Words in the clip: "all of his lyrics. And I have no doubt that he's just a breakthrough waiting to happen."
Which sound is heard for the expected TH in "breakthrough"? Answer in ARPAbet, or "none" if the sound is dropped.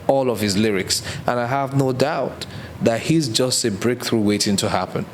TH